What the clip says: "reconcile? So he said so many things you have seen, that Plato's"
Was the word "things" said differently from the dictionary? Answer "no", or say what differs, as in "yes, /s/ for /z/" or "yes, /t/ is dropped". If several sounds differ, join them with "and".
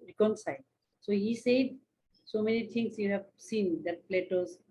yes, /t/ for /θ/ and /s/ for /z/